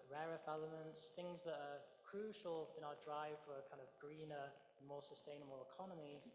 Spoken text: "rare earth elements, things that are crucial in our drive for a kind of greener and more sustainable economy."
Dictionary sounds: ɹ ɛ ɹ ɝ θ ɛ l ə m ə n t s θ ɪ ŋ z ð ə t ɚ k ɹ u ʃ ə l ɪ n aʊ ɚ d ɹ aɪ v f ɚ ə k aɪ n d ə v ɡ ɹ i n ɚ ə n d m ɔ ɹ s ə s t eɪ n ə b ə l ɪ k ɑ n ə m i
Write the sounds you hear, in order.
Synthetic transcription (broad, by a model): ɹ ɛ ɹ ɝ f ɛ l ə m ə n t s θ ɪ ŋ z ð ə t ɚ k ɹ u ʃ ə l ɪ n aʊ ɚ d ɹ aɪ v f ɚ ə k aɪ n d ə v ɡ ɹ i n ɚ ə n m ɔ s ə s t eɪ n ə b ə l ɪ k ɑ n ə m i